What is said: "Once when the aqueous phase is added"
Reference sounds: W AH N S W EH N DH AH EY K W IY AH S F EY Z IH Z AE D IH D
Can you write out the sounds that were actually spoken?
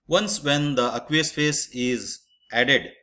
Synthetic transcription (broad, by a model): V AH N S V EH N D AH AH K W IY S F EY S IH Z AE D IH D